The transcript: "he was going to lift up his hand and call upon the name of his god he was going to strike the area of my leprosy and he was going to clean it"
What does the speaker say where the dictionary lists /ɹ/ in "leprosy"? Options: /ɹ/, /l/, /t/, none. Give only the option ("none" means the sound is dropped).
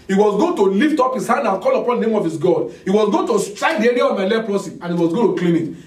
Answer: /l/